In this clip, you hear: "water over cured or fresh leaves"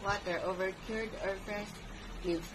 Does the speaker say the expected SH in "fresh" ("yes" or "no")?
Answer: no